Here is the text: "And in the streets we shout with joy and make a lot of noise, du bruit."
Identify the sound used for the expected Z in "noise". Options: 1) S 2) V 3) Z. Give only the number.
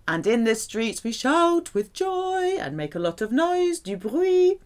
3